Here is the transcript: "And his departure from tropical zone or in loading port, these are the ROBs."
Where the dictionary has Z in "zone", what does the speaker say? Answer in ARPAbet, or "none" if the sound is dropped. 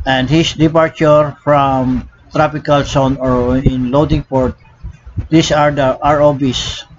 S